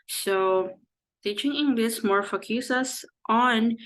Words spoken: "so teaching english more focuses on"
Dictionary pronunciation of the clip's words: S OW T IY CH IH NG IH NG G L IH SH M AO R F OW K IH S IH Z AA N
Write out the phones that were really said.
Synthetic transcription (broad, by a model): S OW T IY CH IH NG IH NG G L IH S M AO R F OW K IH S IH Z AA N